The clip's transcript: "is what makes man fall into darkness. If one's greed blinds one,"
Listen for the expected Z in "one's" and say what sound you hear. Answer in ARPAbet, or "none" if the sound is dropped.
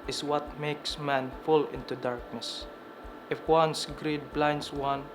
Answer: S